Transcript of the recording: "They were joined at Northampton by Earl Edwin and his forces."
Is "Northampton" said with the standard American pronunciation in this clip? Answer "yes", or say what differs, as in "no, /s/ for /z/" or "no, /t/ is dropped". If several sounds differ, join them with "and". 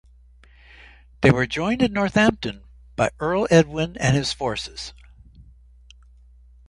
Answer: yes